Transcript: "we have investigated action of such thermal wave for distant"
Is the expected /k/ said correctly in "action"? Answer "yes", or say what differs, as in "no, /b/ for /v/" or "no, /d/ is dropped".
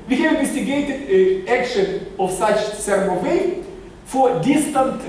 yes